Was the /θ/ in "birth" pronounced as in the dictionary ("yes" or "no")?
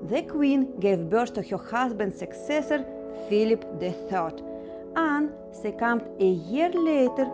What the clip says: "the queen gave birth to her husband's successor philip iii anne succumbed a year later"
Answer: no